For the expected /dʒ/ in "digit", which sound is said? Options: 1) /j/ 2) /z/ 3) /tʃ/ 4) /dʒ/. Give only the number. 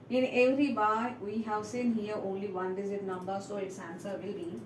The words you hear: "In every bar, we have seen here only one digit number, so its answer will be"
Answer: 2